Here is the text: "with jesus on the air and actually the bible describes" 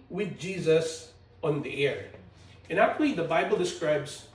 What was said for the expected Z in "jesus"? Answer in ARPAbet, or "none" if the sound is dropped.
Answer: Z